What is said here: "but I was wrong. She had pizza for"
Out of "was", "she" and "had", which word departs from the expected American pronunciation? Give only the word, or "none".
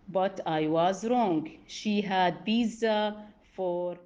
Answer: none